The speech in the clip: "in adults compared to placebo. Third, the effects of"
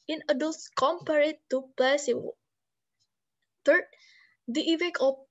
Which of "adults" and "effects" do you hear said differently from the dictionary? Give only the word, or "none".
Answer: effects